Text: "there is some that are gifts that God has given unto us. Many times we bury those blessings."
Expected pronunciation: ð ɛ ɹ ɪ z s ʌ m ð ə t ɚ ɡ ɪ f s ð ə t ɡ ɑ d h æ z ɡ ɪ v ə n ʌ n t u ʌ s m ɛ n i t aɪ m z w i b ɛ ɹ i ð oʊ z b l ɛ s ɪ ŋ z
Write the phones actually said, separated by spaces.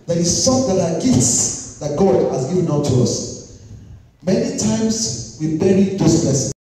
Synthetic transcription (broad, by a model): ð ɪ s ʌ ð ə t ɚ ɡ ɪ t s ð ə t ɡ ɑ d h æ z ɡ ɪ v ə n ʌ t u ʌ s m ɛ n i t aɪ m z w i b ɛ ɹ i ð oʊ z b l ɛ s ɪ